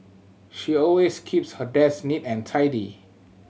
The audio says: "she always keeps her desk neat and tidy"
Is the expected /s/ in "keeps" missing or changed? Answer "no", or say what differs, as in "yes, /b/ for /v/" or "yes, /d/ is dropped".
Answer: no